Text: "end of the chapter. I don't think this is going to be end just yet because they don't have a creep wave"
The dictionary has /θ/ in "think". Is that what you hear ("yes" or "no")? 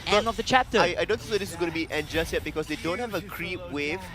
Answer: no